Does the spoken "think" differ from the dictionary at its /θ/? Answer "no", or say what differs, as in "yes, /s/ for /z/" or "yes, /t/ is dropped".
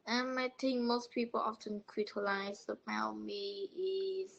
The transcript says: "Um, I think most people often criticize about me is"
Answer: yes, /t/ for /θ/